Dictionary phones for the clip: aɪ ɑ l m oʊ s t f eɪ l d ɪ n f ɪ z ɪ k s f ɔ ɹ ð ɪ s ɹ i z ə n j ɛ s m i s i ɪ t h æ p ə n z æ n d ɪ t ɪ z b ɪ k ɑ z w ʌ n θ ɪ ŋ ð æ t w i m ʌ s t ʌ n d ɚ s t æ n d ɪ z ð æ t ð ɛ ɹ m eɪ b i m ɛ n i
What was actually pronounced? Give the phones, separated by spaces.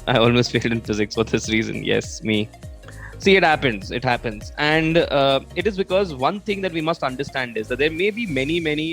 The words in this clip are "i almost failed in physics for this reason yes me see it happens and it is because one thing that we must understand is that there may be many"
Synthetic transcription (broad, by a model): aɪ ɑ l m oʊ s t f eɪ l d ɪ n f ɪ z ɪ k s f ɔ ɹ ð ɪ s ɹ i z ə n j ɛ s m i s i ɪ t h æ p ə n z æ n d ɪ t ɪ z b ɪ k ɑ z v ʌ n t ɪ ŋ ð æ t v i m ʌ s t ʌ n d ɚ s t æ n d ɪ z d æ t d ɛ ɹ m eɪ b i m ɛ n i